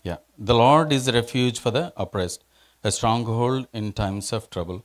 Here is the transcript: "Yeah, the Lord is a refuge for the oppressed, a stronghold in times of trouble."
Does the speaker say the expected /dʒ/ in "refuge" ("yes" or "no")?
yes